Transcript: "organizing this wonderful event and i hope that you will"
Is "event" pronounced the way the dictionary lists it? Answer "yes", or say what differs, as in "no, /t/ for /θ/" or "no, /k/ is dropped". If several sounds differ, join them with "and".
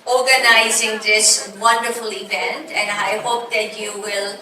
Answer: no, /b/ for /v/